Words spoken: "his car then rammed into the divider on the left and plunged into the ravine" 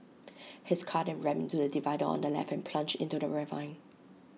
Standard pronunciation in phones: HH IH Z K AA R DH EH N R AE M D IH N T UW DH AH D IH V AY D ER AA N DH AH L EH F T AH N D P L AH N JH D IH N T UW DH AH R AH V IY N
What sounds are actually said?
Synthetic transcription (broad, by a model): HH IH S K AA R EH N R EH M IH N T UW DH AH D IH V AY D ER AA N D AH L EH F AH N P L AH N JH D IH N T UW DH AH R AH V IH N